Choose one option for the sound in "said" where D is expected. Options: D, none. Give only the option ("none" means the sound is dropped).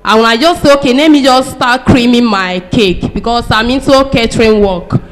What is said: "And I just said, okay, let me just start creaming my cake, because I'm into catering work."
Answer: none